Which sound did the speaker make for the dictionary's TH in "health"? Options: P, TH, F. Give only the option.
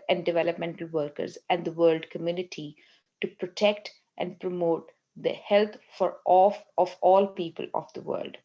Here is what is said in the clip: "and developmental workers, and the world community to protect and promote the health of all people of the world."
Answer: F